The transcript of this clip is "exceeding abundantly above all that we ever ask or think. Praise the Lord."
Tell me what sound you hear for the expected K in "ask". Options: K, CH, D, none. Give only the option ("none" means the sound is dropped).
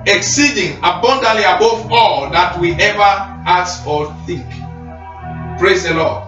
none